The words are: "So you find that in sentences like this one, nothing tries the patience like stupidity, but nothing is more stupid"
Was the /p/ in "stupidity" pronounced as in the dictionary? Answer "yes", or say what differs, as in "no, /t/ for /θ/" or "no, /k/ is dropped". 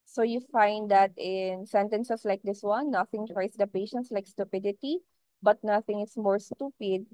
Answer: yes